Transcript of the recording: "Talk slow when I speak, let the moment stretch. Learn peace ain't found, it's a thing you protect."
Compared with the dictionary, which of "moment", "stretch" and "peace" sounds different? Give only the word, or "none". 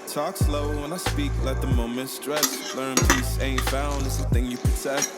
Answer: stretch